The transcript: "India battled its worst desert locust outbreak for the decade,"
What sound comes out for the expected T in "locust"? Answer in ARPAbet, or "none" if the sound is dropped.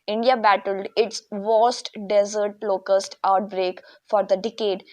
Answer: T